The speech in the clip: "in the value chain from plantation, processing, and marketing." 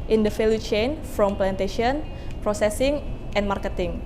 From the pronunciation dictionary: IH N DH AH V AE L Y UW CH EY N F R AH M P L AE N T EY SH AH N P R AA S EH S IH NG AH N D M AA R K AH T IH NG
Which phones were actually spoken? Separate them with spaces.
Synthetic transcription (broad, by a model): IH N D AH F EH L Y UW CH EY N F R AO M P L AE N T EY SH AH N P R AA S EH S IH NG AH N M AA R K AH T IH NG